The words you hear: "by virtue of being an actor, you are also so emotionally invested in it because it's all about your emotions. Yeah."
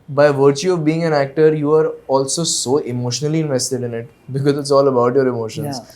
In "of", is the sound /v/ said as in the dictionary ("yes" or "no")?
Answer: yes